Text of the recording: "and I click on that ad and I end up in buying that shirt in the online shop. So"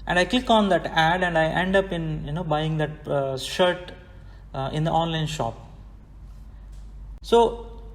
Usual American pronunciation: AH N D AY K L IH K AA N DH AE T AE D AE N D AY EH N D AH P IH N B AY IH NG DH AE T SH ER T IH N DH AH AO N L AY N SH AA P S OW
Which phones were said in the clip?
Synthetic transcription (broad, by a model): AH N D AY K IH K AA N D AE T AE D AE N D AY EH N D AH P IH N B AY IH NG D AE T SH ER T IH N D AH AO N L AY N SH AA P S OW